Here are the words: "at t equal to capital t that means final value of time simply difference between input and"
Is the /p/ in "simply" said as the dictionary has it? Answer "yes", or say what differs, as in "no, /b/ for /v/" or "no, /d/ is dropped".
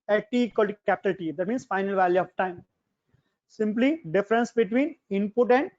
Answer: yes